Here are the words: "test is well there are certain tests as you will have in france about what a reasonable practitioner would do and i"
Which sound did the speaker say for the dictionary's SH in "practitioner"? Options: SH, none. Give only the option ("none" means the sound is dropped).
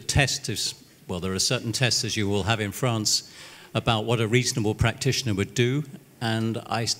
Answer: SH